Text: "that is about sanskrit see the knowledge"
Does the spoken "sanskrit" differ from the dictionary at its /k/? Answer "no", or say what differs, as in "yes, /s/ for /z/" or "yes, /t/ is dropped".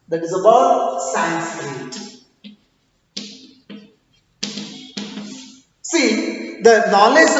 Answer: yes, /k/ is dropped